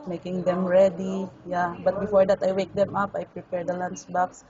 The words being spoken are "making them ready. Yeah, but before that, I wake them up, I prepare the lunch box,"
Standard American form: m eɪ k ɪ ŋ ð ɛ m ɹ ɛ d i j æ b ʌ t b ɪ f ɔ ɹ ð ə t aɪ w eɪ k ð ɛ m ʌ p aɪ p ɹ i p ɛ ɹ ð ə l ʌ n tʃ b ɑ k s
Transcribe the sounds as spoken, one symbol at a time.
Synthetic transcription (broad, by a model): m eɪ k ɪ ŋ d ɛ m ɹ ɛ d i j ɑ b ʌ t b ɪ f ɔ ɹ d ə t aɪ w eɪ k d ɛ m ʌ p aɪ p ɹ i p ɛ ɹ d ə l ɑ n s b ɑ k s